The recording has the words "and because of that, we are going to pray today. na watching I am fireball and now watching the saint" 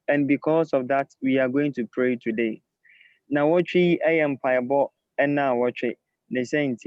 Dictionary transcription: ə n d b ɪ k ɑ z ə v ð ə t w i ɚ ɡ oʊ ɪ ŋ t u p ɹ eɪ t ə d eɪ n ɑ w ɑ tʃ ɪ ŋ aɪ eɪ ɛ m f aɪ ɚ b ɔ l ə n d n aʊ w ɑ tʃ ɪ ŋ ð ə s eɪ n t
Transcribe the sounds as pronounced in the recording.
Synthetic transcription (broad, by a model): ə n b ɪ k ɑ s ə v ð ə t w i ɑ ɡ oʊ ɪ ŋ t u p ɹ eɪ t ə d eɪ n ɑ w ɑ tʃ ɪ eɪ ɛ m p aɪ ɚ b ɔ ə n n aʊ w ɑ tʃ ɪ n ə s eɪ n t